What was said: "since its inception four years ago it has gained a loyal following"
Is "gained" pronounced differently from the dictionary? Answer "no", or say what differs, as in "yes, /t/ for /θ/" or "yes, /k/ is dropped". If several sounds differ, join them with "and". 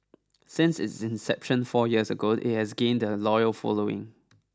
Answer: no